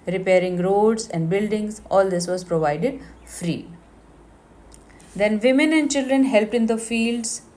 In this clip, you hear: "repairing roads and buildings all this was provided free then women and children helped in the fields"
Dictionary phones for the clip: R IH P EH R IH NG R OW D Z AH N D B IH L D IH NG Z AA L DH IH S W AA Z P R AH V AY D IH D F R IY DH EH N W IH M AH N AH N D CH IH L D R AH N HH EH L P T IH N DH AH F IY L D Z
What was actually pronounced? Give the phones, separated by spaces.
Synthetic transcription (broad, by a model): R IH P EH R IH NG R OW D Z AH N D B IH L D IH NG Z AA L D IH S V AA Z P R AH V AY D IH D F R IY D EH N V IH M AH N AH N D CH IH L D R AH N HH EH L P T IH N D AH F IY L D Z